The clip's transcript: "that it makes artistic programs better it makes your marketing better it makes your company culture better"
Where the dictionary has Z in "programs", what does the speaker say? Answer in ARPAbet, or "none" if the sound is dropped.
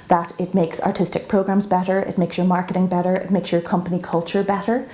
Z